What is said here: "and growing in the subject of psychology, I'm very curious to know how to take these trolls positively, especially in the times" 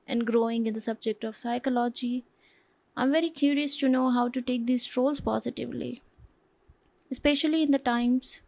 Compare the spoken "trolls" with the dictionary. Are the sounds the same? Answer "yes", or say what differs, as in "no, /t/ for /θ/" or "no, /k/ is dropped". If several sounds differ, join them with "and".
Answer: yes